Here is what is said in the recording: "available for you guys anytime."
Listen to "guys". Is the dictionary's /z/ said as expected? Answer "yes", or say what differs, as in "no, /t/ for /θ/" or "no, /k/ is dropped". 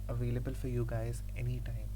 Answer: yes